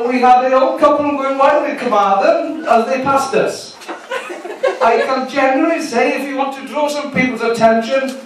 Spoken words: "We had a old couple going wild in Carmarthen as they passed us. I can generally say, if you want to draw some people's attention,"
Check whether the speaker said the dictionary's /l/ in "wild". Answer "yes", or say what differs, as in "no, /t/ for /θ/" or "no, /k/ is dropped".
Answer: no, /l/ is dropped